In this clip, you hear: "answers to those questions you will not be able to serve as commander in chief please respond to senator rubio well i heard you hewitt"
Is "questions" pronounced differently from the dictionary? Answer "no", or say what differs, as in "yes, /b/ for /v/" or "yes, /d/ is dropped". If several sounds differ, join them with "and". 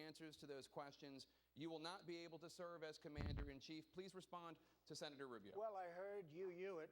no